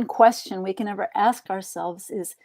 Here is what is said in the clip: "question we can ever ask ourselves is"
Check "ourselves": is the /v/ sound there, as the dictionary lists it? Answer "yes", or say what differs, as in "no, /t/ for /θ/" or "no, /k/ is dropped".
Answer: yes